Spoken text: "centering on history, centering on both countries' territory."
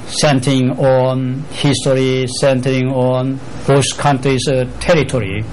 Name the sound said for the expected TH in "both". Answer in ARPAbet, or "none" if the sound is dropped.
S